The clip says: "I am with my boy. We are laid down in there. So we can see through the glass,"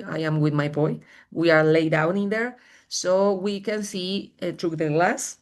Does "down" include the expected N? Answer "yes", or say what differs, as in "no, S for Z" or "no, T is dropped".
yes